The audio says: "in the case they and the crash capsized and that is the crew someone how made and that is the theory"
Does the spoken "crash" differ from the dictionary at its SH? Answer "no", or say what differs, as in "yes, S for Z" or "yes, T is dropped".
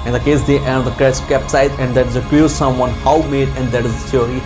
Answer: yes, S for SH